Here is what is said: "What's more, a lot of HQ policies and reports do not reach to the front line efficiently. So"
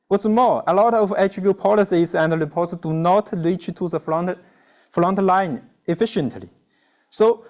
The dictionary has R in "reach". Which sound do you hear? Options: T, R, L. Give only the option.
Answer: L